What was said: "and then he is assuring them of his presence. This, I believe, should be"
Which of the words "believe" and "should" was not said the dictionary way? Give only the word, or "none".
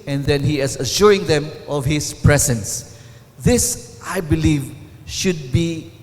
none